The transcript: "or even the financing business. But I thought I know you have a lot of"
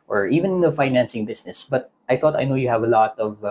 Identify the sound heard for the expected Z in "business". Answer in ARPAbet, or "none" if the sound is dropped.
S